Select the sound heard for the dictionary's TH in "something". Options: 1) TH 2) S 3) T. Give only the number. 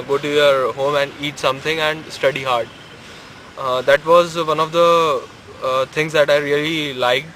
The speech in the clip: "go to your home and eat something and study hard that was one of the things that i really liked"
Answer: 3